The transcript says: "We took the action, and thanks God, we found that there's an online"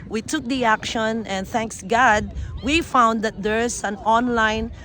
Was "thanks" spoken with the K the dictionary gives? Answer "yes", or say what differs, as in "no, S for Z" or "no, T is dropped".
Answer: yes